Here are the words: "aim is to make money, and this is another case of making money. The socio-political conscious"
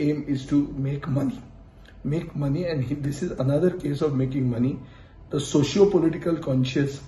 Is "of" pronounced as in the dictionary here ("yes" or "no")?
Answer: yes